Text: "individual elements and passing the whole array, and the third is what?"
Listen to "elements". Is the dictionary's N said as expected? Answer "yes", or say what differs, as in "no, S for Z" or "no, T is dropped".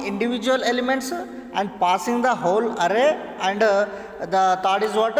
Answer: yes